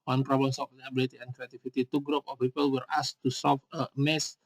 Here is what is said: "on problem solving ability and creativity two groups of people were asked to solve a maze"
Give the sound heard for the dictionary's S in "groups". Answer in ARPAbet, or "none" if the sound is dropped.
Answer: none